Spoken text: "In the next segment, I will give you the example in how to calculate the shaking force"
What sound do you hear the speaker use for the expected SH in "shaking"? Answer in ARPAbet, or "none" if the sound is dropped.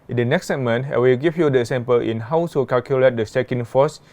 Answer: S